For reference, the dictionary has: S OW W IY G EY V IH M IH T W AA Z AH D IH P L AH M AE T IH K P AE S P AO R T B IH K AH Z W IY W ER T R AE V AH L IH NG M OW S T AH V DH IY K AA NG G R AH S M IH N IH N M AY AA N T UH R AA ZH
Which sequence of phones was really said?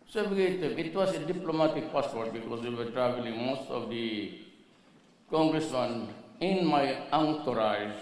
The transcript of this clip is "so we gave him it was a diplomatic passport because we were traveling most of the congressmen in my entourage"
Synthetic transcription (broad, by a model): S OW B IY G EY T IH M IH T W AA S AH D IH P L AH M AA T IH K P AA S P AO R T B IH K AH S W IY W ER T R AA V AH L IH NG M OW S T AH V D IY K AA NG G R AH S M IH N IH N M AY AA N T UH R AA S